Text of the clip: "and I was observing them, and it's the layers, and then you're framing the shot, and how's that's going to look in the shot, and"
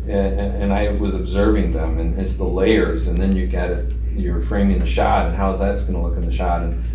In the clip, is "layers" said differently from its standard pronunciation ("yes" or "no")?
no